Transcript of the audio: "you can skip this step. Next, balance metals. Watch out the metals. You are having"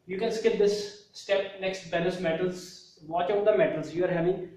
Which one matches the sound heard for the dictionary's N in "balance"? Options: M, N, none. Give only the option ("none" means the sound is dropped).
none